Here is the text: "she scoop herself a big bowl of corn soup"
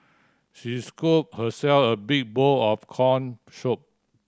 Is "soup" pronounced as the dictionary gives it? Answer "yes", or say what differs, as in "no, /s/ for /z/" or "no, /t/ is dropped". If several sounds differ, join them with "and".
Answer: no, /ʃ/ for /s/